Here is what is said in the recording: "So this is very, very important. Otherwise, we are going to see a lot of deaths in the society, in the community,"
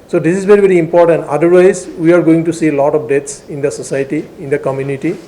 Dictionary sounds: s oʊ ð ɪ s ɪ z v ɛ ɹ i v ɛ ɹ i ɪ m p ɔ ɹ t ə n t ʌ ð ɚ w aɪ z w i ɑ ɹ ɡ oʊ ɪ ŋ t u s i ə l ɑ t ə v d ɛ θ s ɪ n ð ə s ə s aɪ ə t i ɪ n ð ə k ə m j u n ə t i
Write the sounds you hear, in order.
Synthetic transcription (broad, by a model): s oʊ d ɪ s ɪ z v ɛ ɹ i v ɛ ɹ i ɪ m p ɔ ɹ t ə n t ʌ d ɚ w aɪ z w i ɑ ɹ ɡ oʊ ɪ ŋ t u s i l ɑ t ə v d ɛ t s ɪ n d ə s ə s aɪ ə t i ɪ n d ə k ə m j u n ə t i